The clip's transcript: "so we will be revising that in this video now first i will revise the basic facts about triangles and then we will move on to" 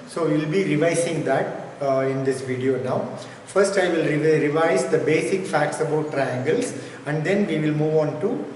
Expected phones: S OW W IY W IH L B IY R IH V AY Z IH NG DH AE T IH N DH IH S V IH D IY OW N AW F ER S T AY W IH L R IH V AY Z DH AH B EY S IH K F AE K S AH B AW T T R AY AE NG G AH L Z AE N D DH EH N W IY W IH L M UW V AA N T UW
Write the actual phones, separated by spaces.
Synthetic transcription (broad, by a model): S OW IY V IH L B IY R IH V AY S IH NG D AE T IH N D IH S V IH D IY OW N AW F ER S T AY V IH L R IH V AY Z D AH B EY S IH K F AE K S AH B AW T T R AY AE NG G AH L S AE N D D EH N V IY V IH L M UW V AA N T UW